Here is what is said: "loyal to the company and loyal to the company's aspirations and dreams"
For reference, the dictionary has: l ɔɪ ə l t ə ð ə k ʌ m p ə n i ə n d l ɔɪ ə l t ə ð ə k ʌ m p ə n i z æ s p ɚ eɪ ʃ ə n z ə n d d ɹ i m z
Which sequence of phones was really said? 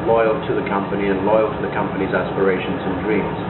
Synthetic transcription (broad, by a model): l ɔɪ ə l t ə ð ə k ʌ m p ə n i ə n l ɔɪ ə l t ə ð ə k ʌ m p ə n i z æ s p ɚ eɪ ʃ ə n z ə n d d ɹ i m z